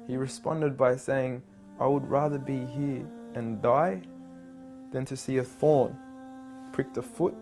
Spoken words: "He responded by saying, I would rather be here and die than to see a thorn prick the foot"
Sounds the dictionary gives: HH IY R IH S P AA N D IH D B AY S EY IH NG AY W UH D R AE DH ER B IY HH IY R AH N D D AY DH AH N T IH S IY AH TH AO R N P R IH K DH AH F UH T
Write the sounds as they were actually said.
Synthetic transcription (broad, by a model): HH IY R IH S P AA N D IH D B AY S EY IH NG AY W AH D R AE DH ER B IY HH IY R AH N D D AY DH AH N T IH S IY AH TH AO R N P R IH K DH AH F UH T